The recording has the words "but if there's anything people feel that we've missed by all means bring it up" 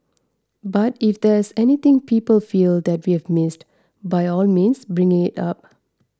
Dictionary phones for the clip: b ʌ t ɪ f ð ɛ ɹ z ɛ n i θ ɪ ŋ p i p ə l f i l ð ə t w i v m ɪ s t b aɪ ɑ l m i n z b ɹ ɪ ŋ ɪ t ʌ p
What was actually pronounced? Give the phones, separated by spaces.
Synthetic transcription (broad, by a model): b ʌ t ɪ f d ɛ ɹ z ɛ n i t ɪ ŋ p i p ə l f i l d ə t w i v m ɪ s t b aɪ ɑ l m i n s b ɹ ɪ ŋ ɪ t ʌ p